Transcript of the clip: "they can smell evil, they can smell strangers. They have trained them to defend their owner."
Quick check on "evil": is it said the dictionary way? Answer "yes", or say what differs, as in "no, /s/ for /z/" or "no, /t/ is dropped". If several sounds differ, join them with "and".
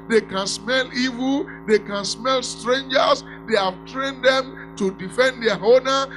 yes